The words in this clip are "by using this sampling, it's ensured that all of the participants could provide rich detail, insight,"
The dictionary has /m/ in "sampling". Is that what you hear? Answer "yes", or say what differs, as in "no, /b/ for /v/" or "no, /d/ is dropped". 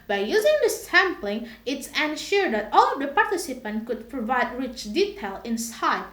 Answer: yes